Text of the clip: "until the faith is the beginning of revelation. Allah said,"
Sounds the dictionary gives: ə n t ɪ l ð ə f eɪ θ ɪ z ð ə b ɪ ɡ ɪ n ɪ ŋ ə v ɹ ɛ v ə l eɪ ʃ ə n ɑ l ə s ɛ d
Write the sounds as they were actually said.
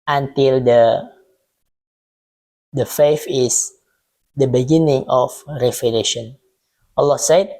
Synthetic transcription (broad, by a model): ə n t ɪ l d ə f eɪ f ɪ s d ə b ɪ ɡ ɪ n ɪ ŋ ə f ɹ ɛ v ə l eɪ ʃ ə n ɑ l ə s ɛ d